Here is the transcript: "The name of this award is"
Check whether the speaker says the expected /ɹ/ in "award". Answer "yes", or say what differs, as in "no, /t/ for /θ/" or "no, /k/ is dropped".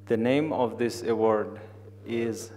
yes